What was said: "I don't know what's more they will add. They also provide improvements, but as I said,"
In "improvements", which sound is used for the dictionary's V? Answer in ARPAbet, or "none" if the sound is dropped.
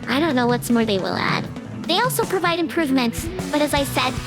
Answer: V